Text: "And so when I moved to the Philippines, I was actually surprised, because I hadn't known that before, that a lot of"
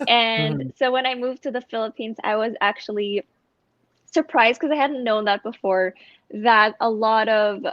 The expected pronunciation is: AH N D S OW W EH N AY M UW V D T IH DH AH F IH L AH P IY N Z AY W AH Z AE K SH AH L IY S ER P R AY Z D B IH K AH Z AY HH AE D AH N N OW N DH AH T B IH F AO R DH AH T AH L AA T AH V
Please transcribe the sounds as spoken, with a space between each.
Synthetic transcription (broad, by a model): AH N S OW W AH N AY M UW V T IH DH AH F IH L AH P IY N Z AY W AH Z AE K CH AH L IY S ER P R AY Z D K AH Z AY HH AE D N N OW N DH AH T B IH F AO R DH AH T AH L AA T AH V